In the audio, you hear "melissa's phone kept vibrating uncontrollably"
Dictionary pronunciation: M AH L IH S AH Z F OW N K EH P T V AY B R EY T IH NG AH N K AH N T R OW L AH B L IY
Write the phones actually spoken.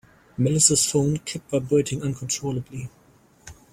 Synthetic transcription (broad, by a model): M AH L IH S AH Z F OW N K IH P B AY B EY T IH NG AH N K AH N T R OW L AH B L IY